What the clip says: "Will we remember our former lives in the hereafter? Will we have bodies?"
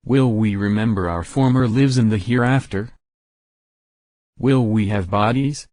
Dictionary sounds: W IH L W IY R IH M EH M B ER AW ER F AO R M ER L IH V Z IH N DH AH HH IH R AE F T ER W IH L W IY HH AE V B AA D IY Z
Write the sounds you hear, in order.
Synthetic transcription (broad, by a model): W IH L W IY R IH M EH M B ER AW ER F AO R M ER L IH V Z IH N DH AH HH IH R AE F T ER W IH L W IY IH V B AA D IY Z